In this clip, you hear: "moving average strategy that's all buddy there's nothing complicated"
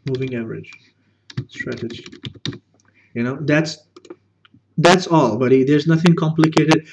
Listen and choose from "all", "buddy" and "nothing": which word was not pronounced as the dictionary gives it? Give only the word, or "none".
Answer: none